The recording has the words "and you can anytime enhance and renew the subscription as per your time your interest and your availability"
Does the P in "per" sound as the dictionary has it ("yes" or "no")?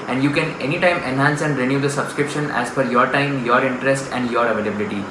no